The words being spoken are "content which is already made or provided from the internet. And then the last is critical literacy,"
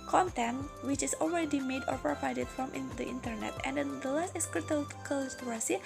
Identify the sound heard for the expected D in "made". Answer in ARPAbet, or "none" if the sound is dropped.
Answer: D